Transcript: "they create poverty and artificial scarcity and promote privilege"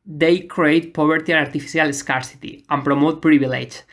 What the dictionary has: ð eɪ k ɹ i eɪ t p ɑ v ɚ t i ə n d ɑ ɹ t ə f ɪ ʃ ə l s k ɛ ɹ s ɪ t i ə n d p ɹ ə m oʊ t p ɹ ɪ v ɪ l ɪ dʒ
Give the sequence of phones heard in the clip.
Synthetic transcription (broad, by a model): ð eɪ k ɹ i eɪ t p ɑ b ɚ t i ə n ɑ ɹ t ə f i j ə l s k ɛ ɹ s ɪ t i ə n p ɹ ə m oʊ t p ɹ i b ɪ l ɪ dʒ